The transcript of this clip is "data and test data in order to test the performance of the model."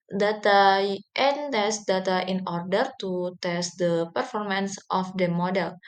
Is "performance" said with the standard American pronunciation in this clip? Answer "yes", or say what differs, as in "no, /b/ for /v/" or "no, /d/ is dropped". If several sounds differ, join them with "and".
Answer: yes